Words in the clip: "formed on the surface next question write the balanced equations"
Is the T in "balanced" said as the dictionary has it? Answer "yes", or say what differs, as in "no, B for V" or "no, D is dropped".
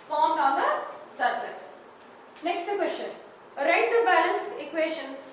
yes